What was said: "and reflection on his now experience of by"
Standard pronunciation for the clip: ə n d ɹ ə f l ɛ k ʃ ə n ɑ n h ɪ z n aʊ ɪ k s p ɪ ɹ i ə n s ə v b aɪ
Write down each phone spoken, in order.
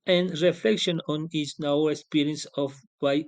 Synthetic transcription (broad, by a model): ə n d ɹ ə f l ɛ k ʃ ə n ɑ n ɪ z n aʊ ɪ k s p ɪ ɹ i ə n s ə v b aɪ